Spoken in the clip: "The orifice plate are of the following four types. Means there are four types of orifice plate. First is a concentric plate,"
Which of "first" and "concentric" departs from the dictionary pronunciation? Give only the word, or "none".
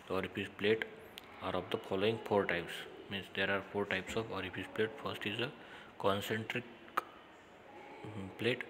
none